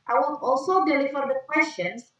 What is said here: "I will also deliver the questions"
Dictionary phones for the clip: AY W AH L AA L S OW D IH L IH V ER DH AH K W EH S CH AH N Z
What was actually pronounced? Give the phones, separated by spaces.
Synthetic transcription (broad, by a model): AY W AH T AA L S OW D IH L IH F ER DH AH K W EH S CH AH N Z